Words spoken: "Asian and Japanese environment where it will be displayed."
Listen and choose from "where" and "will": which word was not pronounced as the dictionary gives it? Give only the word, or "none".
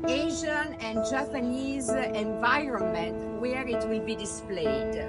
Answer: none